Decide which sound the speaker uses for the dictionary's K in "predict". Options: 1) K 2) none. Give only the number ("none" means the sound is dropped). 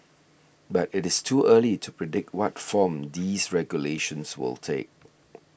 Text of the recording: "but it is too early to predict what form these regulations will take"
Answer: 1